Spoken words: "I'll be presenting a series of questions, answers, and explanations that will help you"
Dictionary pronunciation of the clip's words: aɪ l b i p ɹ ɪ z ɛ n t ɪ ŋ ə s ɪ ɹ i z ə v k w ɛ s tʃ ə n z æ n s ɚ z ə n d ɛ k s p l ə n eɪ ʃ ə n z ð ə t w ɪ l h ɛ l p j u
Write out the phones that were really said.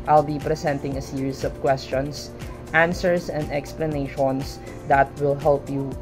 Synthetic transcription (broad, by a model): aɪ l b i p ɹ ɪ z ɛ n t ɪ ŋ ə s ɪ ɹ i s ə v k w ɛ s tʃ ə n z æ n s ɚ s ə n d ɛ k s p l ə n eɪ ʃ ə n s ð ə t w ɪ l h ɛ l p j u